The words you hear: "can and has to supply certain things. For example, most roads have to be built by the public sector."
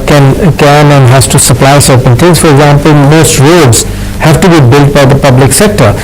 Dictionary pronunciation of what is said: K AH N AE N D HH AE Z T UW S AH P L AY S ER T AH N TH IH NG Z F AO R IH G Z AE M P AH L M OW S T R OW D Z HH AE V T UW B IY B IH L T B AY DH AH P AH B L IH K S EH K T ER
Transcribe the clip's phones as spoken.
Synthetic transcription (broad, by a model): K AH N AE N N HH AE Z T UW S AH P L AY S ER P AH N T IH Z F AO R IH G Z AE M P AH L M OW S T R OW D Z HH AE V T UW B IY B IH L T B AY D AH P AH B L IH K S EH K T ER